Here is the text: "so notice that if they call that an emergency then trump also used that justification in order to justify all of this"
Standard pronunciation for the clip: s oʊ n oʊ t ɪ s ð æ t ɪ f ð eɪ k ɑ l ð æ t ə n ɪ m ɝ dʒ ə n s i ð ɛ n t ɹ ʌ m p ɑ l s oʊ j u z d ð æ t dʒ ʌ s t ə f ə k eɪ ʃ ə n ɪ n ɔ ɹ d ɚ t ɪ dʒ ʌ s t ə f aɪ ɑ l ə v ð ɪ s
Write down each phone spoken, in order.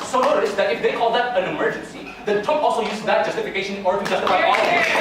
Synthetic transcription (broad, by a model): s oʊ n oʊ t ɪ s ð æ t ɪ f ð eɪ k ɑ l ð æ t ə n ɪ m ɝ dʒ ə n s i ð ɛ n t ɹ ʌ p ɑ l s oʊ j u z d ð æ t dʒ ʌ s t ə f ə k eɪ ə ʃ ɪ n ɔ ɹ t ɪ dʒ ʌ s t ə f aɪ ɑ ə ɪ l